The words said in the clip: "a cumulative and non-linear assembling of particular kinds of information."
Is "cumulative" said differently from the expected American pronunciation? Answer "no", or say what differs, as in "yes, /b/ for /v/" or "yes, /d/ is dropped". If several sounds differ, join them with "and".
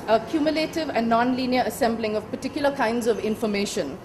no